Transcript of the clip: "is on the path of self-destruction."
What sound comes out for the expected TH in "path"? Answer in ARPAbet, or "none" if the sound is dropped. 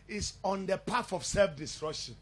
F